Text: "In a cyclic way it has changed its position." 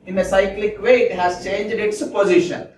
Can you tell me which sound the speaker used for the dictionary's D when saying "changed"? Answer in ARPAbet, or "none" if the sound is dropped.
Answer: D